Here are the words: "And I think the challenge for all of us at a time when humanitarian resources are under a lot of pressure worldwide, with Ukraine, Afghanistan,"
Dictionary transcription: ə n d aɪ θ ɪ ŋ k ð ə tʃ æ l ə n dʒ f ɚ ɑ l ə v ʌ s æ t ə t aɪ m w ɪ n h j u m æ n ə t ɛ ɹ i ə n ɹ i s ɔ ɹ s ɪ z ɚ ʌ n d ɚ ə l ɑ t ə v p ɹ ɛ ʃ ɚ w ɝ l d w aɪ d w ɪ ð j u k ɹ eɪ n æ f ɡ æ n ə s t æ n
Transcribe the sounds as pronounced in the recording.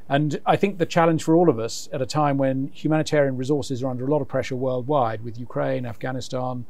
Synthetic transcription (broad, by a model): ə n aɪ θ ɪ ŋ k ð ə tʃ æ l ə n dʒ f ɚ ɑ l ə v ʌ s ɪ t ə t aɪ m w ɪ n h j u m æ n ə t ɛ ɹ i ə n ɹ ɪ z ɔ ɹ s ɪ z ɚ ʌ n d ɚ ə l ɑ t ə v p ɹ ɛ ʃ ɚ w ɝ l d w aɪ d w ɪ ð j u k ɹ eɪ n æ f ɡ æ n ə s t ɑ n